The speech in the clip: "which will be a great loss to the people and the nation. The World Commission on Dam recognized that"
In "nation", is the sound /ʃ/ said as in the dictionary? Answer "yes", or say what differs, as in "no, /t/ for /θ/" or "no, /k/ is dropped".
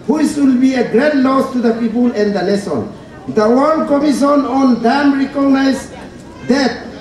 no, /s/ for /ʃ/